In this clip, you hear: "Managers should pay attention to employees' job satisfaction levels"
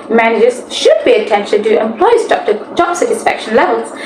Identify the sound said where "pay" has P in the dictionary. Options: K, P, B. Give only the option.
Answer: B